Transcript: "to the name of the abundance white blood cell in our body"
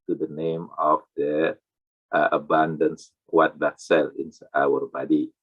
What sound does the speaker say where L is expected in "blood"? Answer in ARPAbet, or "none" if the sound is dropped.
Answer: none